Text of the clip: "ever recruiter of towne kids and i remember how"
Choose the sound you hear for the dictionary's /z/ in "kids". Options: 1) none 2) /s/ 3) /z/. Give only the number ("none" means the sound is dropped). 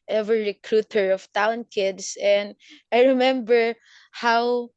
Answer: 2